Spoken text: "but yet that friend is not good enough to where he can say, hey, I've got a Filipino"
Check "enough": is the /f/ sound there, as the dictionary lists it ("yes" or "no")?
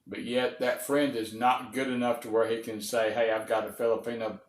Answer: yes